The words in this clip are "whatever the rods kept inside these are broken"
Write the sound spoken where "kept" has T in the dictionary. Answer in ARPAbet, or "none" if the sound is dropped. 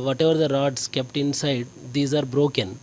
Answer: T